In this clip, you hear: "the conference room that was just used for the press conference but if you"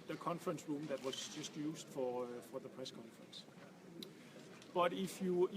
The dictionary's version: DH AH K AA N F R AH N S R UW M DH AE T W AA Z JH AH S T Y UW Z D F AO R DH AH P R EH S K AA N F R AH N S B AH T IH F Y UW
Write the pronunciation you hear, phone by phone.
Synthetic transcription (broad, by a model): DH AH K AA N F R AH N S R UW M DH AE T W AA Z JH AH S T Y UW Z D F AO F DH AH P R EH S K AA N F R AH N S B AH T IH F Y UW